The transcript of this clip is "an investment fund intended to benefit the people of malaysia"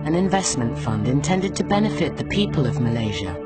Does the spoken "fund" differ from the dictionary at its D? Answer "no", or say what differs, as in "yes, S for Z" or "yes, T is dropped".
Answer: no